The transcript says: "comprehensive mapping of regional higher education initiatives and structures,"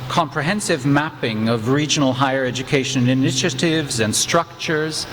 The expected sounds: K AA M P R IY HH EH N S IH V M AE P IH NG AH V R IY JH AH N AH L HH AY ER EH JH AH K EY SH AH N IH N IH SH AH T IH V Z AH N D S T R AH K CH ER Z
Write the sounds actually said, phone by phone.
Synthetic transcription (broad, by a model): K AA M P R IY HH EH N S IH V M AE P IH NG AH V R IY JH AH N L HH AY ER EH JH AH K EY SH AH N IH N IH SH AH T IH V Z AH N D S T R AH K CH ER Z